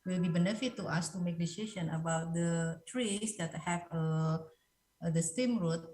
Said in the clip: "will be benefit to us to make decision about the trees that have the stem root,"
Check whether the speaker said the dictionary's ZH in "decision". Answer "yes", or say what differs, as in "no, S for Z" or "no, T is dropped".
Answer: no, SH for ZH